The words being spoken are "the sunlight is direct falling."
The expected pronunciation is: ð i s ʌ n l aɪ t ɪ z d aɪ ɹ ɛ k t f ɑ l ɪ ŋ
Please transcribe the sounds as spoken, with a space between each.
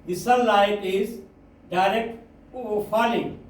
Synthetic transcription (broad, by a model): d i s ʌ l aɪ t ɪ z d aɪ ɹ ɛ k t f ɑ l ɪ